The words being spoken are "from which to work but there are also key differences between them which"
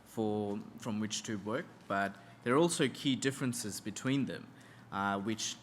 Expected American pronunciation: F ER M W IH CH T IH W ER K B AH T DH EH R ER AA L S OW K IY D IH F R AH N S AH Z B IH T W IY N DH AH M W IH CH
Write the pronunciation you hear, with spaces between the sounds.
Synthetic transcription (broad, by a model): F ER M W IH CH T IH W ER K B AH T DH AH R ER AA L S OW K IY D IH F R AH N S AH Z B IH T W IY N DH AH M W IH CH